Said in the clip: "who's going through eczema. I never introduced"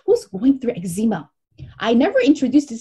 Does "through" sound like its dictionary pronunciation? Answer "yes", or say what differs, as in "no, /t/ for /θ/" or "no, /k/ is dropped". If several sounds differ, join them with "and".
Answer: yes